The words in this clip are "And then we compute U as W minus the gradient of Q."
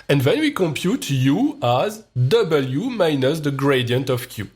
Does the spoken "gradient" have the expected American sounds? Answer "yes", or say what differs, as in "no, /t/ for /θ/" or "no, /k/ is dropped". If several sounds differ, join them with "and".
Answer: yes